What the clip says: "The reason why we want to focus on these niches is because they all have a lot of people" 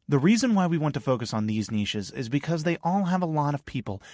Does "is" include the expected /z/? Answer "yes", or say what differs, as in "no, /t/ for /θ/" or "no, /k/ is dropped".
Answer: yes